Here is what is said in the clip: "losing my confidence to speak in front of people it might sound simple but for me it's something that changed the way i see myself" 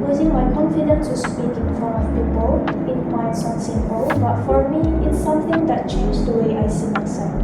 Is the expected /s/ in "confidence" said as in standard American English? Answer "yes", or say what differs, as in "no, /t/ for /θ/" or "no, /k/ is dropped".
no, /s/ is dropped